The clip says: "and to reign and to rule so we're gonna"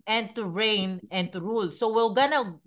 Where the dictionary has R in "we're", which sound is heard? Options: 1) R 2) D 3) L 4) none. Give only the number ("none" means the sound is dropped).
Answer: 3